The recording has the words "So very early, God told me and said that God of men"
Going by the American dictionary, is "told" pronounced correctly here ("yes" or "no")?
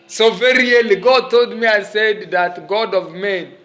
yes